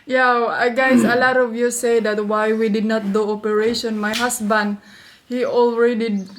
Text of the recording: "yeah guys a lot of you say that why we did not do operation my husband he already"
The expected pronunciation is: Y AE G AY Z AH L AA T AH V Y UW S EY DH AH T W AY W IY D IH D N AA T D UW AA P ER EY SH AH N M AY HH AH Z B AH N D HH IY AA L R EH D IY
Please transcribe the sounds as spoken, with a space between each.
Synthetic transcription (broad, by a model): Y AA G AY S AH L AA T AH V Y UW S EY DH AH T W AY W IY D IH D N AA T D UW AA P ER EY SH AH N M AY HH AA S B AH N D HH IY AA L R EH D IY